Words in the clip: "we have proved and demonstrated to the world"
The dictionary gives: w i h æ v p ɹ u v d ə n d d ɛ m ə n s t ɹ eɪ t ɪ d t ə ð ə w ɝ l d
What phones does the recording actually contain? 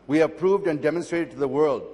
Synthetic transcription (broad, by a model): w i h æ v p ɹ u v d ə n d d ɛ m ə n s t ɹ eɪ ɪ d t ð ə w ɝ l d